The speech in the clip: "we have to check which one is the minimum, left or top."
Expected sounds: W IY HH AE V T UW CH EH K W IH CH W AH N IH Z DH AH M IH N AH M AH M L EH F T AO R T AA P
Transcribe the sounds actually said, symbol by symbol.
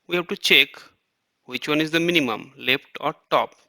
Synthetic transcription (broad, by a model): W IY HH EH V T UW CH EH K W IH CH W AH N IH Z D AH M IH N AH M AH M L EH F T AO R T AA P